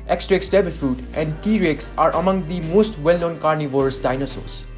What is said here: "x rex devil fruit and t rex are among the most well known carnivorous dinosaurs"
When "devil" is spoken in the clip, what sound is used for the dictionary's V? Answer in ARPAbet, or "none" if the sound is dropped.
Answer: B